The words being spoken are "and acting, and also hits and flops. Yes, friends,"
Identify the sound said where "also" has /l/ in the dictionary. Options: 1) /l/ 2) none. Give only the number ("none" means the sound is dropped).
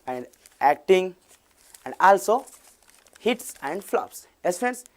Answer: 1